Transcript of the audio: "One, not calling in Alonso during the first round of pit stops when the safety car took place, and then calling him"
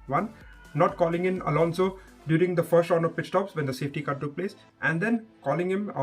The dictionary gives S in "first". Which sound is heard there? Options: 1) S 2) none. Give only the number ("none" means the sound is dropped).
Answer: 1